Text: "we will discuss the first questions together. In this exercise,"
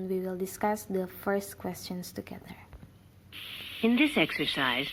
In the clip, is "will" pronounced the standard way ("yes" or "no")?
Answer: yes